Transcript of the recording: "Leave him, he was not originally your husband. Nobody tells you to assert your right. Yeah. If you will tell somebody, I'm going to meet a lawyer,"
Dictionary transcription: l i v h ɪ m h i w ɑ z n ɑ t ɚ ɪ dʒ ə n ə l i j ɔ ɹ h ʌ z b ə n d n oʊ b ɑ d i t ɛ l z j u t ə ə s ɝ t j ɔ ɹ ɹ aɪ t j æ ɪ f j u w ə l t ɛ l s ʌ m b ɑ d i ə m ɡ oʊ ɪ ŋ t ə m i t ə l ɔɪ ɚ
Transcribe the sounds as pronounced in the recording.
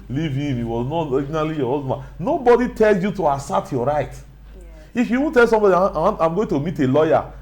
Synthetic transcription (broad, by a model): l i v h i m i w ɑ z n ɑ t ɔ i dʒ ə n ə l i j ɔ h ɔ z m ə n n oʊ b ɑ d i t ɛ l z j u t ə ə s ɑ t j ɔ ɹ ɹ aɪ t ɪ f j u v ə n t ɛ l s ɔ m b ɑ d i ə m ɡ oʊ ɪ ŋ t ə m i t ə l ɔɪ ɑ